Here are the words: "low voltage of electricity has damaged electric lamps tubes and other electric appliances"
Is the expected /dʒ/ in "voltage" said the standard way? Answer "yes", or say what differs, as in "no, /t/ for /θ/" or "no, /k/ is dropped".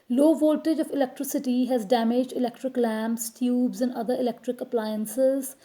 yes